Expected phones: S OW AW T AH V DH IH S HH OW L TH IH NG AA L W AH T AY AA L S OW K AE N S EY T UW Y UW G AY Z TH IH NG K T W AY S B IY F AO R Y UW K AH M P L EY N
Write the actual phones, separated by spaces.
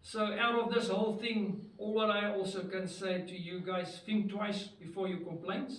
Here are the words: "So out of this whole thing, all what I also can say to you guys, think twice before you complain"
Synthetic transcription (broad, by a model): S OW AW T AH V DH IH S HH OW L TH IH NG AA L W AH T AY AA L S OW K AE N S EY T UW Y UW G AY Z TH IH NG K T W AY S B IY F AO R Y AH K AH M P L EY N